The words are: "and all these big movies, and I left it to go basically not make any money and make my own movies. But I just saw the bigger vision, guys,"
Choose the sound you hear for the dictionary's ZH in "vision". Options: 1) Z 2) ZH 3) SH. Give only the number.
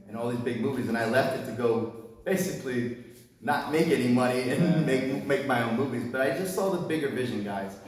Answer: 2